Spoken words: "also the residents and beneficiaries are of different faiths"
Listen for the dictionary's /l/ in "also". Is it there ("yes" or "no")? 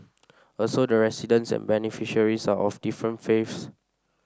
yes